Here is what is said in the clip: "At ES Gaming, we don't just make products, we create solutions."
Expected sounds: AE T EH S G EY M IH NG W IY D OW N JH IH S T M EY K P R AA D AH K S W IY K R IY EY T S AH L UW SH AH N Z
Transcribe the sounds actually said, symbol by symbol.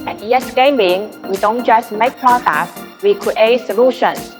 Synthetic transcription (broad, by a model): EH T EH S G EY M IH NG W IY D OW N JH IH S M EY K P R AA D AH S W IY K R IY EY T S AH L UW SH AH N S